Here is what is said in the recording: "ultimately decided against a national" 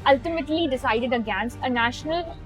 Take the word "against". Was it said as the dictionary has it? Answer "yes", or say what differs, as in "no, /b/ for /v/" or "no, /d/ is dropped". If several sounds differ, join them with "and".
no, /t/ is dropped